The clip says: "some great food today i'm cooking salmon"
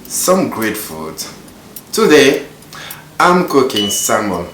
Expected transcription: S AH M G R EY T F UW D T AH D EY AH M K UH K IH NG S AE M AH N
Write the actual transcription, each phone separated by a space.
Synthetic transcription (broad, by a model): S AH M G R EY T F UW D T AH D EY AH M K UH K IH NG S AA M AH